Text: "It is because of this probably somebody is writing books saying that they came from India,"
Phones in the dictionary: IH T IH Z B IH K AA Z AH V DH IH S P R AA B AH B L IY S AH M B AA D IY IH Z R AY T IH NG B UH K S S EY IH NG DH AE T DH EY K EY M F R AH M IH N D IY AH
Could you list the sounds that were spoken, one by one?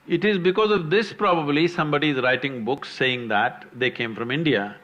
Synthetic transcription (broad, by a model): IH T IH Z B IH K AA Z AH V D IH S P R AA B AH B L IY S AH M B AA D IY IH Z R AY T IH NG B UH K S S EY IH NG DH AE T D EY K EY M F R AH M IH N D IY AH